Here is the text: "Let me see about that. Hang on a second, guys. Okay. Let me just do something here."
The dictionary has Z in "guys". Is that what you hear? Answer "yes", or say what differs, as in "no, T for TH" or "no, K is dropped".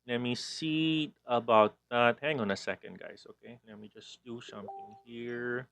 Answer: no, S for Z